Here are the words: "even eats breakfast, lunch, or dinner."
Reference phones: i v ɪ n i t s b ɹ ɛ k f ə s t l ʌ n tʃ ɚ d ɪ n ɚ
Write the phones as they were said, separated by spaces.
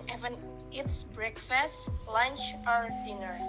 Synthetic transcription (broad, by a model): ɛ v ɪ n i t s b ɹ ɛ k f ə s t l ʌ n tʃ ɚ d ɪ n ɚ